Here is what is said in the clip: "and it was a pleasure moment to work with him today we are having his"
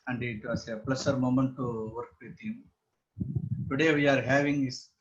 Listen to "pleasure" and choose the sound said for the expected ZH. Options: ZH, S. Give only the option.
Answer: S